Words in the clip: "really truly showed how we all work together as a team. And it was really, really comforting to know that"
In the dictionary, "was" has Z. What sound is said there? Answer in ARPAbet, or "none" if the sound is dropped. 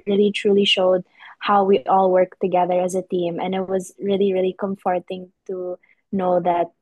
Z